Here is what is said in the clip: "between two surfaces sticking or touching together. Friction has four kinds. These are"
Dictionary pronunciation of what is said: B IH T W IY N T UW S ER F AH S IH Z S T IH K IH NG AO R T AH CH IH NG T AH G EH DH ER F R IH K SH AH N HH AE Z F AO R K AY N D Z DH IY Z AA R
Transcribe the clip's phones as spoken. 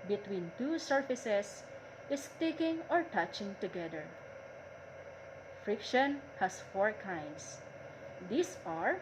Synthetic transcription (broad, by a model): B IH T W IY N T UW S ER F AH S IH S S T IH K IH NG AO R T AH CH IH NG T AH G EH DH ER F R IH K SH AH N HH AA S F AO R K AY N D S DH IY S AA R